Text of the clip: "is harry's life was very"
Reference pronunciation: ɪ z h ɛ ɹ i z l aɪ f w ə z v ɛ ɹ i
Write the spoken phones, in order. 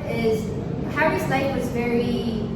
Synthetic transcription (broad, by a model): ɪ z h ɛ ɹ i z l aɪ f w ə z v ɛ ɹ i